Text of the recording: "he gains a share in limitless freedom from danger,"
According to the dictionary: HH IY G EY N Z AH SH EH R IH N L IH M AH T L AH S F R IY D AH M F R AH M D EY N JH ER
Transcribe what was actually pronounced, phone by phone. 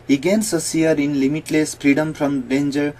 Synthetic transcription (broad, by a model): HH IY G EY N S AH S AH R IH N L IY M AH T L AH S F R IY D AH M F R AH M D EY N JH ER